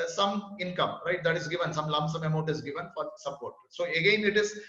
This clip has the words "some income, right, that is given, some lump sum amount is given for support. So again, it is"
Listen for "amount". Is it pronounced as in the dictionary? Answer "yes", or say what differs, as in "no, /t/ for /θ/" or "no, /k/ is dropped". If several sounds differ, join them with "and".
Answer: no, /n/ is dropped